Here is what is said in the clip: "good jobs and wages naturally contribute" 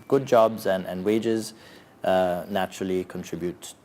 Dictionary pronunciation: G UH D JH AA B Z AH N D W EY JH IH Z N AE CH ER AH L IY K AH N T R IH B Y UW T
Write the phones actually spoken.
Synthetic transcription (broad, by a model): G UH D JH AA B Z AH N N W EY JH IH Z N AE CH ER AH L IY K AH N T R IH B Y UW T